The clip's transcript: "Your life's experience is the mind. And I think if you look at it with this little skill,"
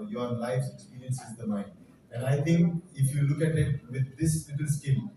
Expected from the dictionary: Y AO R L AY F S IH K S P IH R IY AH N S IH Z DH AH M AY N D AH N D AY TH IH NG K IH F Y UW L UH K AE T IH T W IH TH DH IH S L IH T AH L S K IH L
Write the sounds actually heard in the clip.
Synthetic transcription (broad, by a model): Y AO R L AY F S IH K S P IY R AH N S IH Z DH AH M AY N D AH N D AY T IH NG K IH F Y UW L UH K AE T IH T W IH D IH S L IH T AH L S K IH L